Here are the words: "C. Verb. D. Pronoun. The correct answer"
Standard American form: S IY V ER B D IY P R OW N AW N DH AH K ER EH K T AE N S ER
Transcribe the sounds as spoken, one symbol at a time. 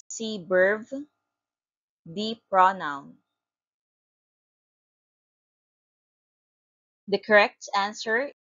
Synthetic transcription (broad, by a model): S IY B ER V D IY P R OW N AW N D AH K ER EH K T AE N S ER